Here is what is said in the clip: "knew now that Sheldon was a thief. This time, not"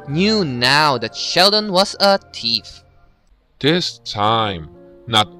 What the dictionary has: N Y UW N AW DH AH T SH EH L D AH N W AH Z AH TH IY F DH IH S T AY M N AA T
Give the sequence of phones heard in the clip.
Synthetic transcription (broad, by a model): N Y UW N AW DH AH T SH EH L D AH N W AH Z AH T IY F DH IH S T AY M N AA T